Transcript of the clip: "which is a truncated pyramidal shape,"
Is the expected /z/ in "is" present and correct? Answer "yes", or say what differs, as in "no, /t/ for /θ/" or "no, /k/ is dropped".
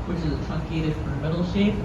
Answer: yes